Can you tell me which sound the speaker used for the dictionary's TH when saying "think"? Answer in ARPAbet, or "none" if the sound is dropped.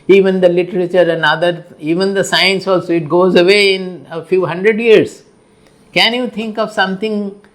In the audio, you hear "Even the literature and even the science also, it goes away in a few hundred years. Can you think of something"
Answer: T